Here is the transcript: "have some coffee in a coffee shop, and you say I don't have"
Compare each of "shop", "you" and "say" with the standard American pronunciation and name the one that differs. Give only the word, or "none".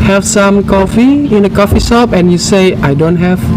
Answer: shop